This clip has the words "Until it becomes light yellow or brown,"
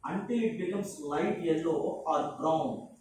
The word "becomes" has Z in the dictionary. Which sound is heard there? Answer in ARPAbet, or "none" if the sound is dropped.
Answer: S